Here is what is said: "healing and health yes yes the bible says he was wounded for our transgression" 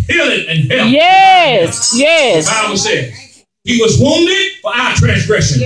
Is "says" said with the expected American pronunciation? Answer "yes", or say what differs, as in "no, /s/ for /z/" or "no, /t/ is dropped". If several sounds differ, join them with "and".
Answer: no, /z/ is dropped